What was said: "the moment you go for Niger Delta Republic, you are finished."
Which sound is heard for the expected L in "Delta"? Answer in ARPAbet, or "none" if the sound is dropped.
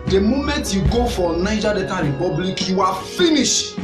none